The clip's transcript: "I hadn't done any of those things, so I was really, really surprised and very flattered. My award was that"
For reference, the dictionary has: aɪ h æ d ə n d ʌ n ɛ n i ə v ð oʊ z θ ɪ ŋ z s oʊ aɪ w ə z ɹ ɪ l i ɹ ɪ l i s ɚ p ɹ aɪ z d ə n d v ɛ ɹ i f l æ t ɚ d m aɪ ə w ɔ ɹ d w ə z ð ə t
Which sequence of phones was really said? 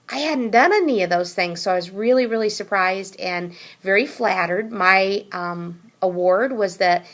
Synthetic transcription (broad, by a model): aɪ h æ d n d ʌ n ɛ n i ə v ð oʊ z θ ɪ ŋ z s oʊ aɪ w ə z ɹ ɪ l i ɹ ɪ l i s ɚ p ɹ aɪ z d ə n v ɛ ɹ i f l æ t ɚ d m aɪ ə w ɔ ɹ d w ə z ð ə t